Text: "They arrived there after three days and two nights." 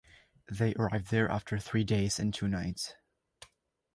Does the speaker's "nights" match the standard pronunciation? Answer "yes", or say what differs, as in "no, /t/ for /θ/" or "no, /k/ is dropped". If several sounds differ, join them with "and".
yes